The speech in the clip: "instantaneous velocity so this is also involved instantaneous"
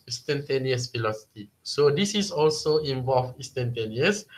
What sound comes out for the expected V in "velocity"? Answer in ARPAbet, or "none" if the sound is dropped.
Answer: F